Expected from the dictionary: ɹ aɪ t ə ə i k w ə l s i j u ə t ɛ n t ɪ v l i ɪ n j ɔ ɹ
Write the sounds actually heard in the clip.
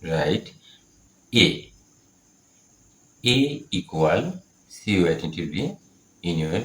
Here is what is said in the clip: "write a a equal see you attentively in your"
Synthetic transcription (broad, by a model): ɹ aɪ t ə ə i k w ə l s i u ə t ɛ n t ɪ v i ɪ n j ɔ